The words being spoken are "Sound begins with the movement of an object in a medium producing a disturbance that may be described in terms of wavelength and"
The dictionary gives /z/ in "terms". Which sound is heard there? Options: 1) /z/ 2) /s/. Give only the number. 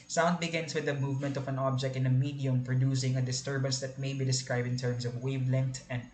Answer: 2